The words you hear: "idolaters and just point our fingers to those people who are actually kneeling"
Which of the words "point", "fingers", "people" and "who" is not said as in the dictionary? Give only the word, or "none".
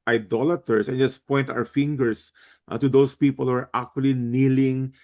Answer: fingers